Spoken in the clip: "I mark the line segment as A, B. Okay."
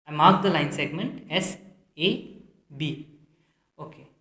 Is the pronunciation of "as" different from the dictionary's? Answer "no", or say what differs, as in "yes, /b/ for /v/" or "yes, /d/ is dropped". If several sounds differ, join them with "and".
yes, /s/ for /z/